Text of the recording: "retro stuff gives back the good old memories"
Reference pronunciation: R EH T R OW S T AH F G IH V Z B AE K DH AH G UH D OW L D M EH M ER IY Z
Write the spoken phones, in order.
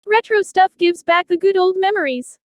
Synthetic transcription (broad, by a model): R EH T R OW S T AH F G IH V Z B AE K DH AH G UH D OW L D M EH M ER IY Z